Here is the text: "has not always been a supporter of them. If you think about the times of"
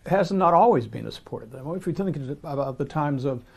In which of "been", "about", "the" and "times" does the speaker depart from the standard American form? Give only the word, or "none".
none